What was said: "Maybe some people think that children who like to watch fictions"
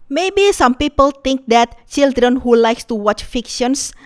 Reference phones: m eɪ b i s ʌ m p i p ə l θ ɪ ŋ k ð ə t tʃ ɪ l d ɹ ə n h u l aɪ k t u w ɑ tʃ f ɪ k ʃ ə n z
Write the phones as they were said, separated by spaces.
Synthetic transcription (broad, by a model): m eɪ b i s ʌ m p i p ə l t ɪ ŋ k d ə t tʃ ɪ l d ɹ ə n h u l aɪ k t u w ɑ tʃ f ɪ k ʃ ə n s